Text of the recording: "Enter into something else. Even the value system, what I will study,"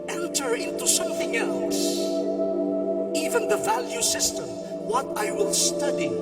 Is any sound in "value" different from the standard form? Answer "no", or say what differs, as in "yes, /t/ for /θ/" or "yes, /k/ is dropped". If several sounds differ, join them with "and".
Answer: no